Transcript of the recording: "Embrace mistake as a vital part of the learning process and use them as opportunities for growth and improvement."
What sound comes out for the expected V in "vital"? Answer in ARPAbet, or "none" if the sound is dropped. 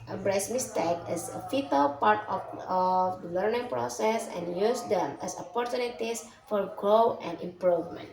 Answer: F